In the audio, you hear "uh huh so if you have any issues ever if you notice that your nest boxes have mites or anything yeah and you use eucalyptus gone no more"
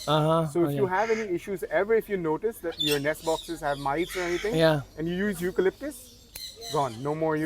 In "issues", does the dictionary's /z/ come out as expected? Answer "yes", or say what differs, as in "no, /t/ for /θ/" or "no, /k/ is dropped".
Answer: yes